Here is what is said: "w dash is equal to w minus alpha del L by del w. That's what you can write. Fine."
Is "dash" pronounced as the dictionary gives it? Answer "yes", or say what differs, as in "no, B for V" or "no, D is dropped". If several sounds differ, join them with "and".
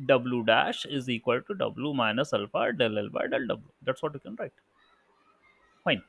yes